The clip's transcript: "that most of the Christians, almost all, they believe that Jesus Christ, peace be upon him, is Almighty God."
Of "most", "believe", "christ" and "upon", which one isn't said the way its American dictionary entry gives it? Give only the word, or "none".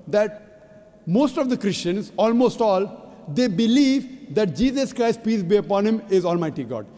none